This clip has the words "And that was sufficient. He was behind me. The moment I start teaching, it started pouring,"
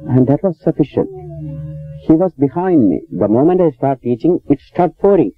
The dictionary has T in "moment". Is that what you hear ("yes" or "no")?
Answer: yes